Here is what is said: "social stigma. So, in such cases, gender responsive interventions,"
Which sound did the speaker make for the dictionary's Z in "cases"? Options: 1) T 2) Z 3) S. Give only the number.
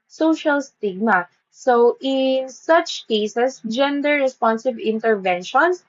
3